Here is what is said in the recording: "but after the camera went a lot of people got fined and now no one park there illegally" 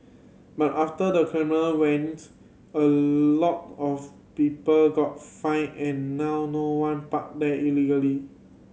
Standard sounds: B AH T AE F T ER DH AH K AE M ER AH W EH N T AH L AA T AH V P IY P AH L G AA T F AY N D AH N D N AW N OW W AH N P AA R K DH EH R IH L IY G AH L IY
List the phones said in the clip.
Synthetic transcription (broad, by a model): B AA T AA F T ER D AH K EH M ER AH W EH N T AH L AA T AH F P IY P AH L G AA T F AY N AH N N AW N OW W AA N P AA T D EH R IH L IY G AH L IY